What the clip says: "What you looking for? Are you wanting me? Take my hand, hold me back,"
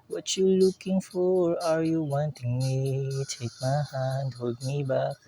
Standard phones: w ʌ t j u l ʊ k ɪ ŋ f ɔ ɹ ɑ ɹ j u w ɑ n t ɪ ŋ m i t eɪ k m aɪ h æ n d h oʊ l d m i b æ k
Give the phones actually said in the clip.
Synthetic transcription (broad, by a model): w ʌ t j u l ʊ k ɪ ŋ f ɔ ɹ ɑ ɹ j u w ɑ n t ɪ ŋ m i t eɪ k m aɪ h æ n d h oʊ d m i b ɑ k